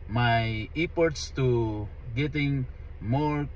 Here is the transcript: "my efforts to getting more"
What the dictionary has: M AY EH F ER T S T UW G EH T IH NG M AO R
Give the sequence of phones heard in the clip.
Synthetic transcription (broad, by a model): M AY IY P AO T S T UW G EH T IH NG M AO R